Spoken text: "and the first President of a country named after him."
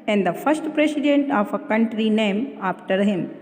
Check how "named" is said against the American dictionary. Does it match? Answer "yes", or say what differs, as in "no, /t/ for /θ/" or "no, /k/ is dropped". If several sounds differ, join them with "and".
no, /d/ is dropped